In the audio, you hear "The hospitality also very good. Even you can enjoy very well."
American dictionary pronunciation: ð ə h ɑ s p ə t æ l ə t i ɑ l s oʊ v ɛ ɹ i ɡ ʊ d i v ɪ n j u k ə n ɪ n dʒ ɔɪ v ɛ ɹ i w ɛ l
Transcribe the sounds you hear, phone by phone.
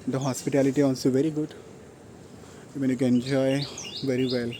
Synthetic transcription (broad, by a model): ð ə h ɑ s p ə t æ l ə t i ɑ n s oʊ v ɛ ɹ i ɡ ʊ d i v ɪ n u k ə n n dʒ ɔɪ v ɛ ɹ i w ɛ l